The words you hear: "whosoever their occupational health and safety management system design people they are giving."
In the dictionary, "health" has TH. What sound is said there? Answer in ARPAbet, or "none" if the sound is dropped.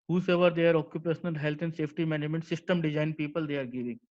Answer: T